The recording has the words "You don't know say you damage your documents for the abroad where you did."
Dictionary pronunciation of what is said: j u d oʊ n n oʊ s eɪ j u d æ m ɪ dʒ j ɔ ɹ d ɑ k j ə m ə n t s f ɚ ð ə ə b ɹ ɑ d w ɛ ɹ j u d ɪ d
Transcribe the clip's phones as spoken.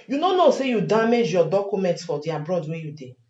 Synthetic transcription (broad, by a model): j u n oʊ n n oʊ s eɪ j u d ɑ m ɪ dʒ j ɔ d ɑ k j ə m ə n t s f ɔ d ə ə b ɹ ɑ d w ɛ j u d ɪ